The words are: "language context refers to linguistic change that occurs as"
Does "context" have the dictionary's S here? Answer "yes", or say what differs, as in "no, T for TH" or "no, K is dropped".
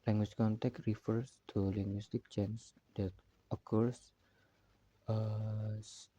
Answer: no, S is dropped